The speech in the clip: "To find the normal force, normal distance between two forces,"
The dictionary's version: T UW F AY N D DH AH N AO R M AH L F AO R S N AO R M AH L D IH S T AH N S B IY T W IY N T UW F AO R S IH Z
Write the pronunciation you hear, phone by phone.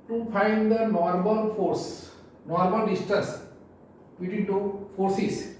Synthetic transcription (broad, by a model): T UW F AY N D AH N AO R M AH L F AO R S N AO R M AH L D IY S T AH S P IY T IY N T UW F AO R S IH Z